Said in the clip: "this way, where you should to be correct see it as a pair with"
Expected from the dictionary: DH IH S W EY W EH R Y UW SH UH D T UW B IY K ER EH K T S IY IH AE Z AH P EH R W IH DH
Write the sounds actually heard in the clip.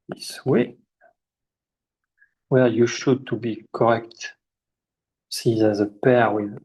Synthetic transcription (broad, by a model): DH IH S W EY W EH L Y UW SH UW D T UW B IY K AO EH K T S IY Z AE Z AH P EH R W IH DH